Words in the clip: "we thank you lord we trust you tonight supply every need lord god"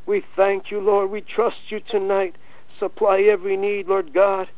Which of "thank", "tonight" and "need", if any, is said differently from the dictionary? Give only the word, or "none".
none